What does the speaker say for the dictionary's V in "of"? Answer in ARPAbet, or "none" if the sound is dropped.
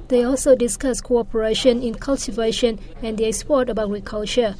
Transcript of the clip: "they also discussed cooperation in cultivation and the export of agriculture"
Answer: B